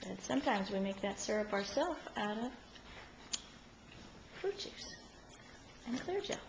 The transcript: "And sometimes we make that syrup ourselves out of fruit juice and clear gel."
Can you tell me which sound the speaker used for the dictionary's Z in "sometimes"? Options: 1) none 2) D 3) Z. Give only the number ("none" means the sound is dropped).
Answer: 3